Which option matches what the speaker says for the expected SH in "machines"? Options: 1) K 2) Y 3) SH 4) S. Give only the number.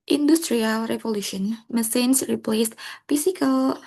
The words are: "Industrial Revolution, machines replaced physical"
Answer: 4